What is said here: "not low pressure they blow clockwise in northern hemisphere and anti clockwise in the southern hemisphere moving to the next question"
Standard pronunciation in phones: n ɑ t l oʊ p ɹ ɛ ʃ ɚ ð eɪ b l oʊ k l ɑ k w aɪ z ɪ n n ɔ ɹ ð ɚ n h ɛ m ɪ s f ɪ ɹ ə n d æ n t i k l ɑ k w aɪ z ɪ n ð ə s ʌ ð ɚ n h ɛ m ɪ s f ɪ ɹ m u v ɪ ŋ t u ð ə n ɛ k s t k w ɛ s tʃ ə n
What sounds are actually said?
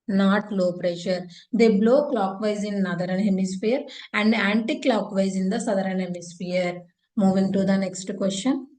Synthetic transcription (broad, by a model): n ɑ t l oʊ p ɹ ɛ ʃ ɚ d eɪ b l oʊ k l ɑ k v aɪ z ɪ n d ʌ ɹ ɚ n h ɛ m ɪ s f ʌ ɹ ə n d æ n t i k l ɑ k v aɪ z ɪ n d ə s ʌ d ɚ n h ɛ m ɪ s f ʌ ɹ m u v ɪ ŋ t u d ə n ɛ k s t k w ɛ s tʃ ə n